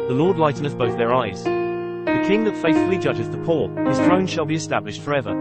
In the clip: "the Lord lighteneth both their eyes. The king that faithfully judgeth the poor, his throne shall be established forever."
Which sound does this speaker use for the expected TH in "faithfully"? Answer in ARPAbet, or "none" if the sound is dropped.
TH